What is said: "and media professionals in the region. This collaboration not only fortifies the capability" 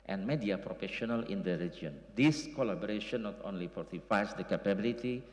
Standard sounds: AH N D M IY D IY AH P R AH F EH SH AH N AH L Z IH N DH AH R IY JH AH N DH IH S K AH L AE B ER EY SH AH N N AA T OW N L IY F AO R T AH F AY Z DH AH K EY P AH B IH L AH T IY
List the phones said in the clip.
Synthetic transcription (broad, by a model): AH N M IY D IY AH P R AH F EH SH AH N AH L IH N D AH R IY JH AH N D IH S K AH L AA B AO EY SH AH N N AA T OW N L IY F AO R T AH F AY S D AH K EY P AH B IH L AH T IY